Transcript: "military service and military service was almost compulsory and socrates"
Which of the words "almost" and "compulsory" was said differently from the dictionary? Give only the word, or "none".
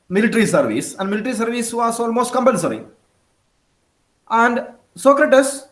compulsory